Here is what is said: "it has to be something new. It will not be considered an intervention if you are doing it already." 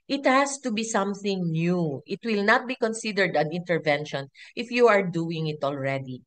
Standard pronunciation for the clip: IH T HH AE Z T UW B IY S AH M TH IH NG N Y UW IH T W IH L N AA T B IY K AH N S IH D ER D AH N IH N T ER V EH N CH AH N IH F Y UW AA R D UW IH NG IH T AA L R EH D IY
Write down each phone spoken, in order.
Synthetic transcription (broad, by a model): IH T HH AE S T UW B IY S AH M TH IH NG N Y UW IH T W IH L N AA T B IY K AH N S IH D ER D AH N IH N T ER V EH N SH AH N IH F Y UW AA R D UW IH NG IH T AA L R EH D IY